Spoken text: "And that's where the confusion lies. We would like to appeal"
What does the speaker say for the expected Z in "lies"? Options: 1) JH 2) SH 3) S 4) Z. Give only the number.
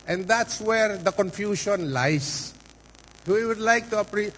3